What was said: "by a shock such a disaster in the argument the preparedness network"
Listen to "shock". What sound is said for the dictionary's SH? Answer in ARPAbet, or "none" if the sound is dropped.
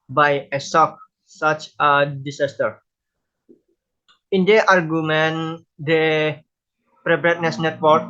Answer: S